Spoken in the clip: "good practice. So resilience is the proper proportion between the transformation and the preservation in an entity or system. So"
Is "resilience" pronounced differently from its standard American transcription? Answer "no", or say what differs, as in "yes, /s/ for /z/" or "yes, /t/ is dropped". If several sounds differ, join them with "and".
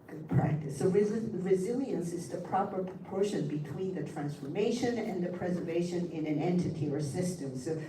no